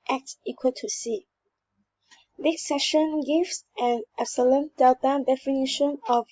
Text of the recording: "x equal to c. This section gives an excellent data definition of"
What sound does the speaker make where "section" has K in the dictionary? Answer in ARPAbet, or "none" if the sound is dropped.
none